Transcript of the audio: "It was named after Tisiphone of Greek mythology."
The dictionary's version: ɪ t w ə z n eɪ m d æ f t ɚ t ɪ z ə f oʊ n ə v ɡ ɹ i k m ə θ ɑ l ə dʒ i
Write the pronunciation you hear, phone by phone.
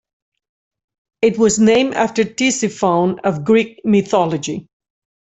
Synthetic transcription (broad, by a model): ɪ t w ə z n eɪ m æ f t ɚ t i s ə f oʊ n ə v ɡ ɹ i k m ə θ ɑ l ə dʒ i